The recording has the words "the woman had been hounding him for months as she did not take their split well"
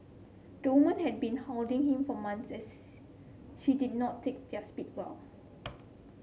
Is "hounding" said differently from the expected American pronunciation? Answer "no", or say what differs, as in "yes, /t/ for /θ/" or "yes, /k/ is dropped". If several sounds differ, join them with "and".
yes, /l/ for /n/